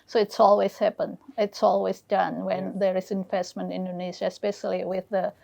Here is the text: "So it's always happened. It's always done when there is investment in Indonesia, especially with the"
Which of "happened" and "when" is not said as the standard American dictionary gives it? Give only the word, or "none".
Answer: happened